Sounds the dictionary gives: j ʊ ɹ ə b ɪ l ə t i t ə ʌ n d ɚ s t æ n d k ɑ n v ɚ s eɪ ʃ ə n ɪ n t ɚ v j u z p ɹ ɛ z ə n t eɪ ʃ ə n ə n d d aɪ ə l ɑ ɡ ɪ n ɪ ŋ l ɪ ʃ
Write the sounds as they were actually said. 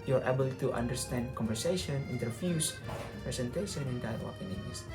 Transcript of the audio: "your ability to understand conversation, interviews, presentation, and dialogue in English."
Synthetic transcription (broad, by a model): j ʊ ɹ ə b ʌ l t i t ə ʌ n d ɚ s t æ n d k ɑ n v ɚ s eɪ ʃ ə n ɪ n t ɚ f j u s p ɹ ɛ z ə n t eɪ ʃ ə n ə n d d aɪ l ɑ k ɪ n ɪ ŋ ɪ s